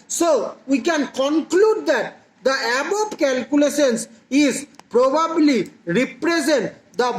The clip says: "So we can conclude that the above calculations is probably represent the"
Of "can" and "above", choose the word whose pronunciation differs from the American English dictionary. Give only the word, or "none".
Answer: above